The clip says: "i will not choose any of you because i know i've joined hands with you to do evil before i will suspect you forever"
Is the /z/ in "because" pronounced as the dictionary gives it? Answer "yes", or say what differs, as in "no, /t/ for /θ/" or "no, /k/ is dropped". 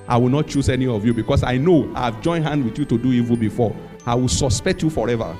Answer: no, /s/ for /z/